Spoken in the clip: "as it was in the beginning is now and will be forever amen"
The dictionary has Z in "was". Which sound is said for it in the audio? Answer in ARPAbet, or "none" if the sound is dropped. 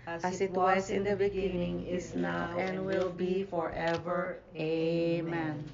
S